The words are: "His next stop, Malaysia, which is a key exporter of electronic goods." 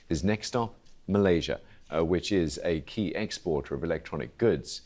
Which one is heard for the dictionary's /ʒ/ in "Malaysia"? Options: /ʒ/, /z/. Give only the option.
/ʒ/